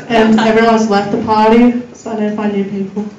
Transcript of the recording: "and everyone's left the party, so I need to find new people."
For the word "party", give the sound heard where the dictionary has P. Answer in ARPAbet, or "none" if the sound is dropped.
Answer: P